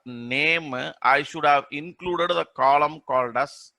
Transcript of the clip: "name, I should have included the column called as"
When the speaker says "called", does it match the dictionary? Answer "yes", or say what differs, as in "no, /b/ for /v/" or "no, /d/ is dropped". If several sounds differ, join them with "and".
yes